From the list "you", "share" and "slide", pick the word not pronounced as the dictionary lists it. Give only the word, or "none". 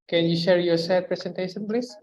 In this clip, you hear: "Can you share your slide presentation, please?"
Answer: slide